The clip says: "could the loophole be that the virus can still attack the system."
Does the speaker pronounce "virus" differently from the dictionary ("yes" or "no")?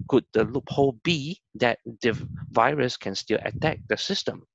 no